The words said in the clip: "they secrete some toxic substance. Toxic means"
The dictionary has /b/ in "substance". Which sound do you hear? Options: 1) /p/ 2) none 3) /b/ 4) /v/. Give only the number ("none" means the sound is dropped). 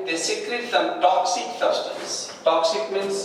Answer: 2